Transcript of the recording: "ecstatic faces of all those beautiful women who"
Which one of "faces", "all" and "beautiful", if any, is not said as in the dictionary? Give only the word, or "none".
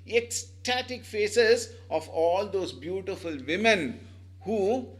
none